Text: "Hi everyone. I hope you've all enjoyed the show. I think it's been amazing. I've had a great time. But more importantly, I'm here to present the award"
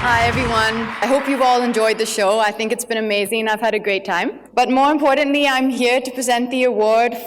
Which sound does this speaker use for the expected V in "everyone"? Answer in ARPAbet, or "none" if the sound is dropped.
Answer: V